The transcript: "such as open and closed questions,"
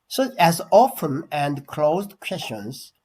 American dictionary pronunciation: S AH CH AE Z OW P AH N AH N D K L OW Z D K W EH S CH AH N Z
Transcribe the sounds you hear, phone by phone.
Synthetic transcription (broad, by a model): S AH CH AE Z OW F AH N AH N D K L OW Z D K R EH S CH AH N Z